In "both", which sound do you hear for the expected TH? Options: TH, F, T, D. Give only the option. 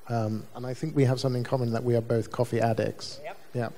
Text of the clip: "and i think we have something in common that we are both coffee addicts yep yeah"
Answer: TH